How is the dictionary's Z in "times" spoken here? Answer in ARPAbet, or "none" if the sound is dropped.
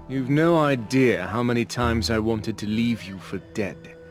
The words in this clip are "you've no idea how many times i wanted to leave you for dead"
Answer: Z